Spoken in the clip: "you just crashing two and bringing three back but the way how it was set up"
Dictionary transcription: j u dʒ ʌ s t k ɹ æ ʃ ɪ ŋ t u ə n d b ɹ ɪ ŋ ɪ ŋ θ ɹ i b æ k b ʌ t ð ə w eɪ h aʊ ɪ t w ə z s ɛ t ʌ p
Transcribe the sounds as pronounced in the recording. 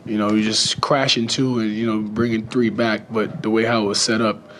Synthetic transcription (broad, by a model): j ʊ dʒ ʌ s k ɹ æ ʃ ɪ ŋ t u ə n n b ɹ ɪ ŋ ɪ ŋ θ ɹ i b æ k b ʌ t ð ə w eɪ h aʊ ɪ t w ə z s ɛ t ʌ p